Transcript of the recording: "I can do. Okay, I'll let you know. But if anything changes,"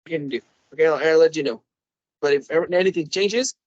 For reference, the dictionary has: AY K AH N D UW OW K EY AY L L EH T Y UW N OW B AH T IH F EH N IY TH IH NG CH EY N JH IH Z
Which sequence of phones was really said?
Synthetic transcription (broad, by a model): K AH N D UW OW K EY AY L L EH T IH N OW B AH T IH F EH N IY TH IH NG CH EY N JH IH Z